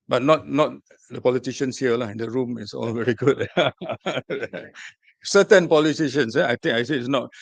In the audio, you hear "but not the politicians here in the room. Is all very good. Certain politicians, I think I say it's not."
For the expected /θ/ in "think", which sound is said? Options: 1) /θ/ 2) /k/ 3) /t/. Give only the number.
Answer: 3